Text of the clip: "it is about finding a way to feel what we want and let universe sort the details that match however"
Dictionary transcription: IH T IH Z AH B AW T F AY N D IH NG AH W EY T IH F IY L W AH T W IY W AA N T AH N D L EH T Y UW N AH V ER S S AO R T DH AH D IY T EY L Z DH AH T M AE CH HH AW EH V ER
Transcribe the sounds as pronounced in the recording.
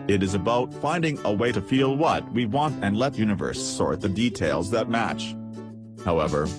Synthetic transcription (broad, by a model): IH T IH Z AH B AW T F AY N D IH NG AH W EY T IH F IY L W AH T W IY W AA N T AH N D L EH T Y UW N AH V ER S S AO R T DH AH D IY T EY L Z DH AH T M AE CH HH AW EH V ER